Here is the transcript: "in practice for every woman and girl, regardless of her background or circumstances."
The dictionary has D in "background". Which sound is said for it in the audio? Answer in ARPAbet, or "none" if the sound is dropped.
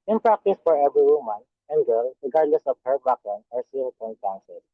none